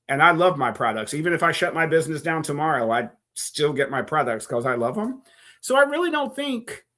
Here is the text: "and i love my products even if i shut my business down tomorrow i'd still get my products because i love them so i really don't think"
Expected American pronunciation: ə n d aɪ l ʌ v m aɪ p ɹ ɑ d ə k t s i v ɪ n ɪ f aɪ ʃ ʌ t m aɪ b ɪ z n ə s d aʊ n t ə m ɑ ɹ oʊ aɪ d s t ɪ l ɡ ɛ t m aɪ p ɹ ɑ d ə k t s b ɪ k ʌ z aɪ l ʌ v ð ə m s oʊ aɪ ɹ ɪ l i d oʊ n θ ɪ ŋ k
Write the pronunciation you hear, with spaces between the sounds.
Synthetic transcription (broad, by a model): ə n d aɪ l ʌ v m aɪ p ɹ ɑ d ə k t s i v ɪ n ɪ f aɪ ʃ ʌ t m aɪ b ɪ z n ə s d aʊ n t ə m ɑ ɹ oʊ aɪ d s t ɪ l ɡ ɛ t m aɪ p ɹ ɑ d ə k t s k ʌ z aɪ l ʌ v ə m s oʊ aɪ ɹ ɪ l i d oʊ n θ ɪ ŋ k